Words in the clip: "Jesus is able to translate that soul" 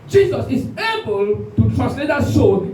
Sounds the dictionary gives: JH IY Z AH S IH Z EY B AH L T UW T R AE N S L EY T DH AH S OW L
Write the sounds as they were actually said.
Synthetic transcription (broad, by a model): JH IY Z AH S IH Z EY B AH L T UW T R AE S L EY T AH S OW